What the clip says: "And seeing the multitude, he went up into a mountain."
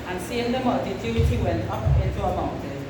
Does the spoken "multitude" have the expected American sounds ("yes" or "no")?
no